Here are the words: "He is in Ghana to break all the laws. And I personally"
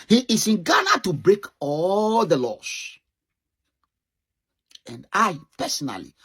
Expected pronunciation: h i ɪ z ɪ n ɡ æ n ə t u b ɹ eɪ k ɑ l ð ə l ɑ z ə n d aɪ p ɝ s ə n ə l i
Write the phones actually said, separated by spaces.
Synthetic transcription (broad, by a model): h i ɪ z ɪ n ɡ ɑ n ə t u b ɹ eɪ k ɑ l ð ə l ɑ s ə n d aɪ p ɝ s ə n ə l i